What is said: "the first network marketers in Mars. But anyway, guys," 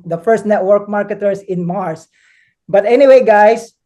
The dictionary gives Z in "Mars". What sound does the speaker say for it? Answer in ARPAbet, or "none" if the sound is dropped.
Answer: S